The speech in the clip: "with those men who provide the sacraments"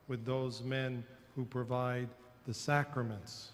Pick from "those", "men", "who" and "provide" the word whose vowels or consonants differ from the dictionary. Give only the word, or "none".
none